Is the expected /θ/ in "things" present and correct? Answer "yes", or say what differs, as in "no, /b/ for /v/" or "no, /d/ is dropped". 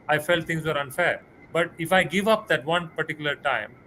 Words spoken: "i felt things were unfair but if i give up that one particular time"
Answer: no, /t/ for /θ/